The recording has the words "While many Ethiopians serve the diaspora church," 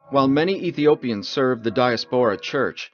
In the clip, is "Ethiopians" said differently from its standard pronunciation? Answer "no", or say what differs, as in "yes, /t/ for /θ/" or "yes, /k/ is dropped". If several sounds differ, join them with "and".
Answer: no